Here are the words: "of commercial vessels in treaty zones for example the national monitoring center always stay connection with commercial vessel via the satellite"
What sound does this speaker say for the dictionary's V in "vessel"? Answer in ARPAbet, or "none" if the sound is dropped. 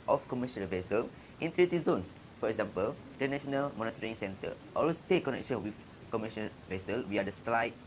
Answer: V